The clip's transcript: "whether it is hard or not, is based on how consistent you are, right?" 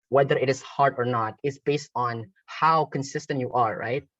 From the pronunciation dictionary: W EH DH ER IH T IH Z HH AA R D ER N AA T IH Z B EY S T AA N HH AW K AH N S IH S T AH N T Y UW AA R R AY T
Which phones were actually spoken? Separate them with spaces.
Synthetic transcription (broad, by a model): W EH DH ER IH T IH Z HH AA R D ER N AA T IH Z B EY S T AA N HH AW K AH N S IH S T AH N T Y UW AA R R AY T